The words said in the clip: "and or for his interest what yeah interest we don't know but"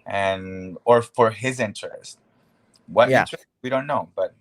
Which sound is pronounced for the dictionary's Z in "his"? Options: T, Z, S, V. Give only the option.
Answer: Z